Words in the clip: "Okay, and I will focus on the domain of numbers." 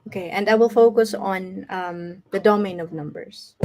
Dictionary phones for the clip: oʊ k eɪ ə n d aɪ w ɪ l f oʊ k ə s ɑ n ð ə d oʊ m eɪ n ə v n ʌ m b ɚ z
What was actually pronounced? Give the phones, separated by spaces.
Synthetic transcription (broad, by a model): oʊ k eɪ ə n d aɪ w ɪ l f oʊ k ə s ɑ n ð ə d oʊ m eɪ n ə v n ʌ m b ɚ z